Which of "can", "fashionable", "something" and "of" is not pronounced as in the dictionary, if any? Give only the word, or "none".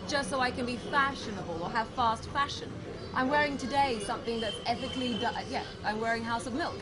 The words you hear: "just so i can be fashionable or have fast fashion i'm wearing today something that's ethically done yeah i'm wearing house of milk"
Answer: none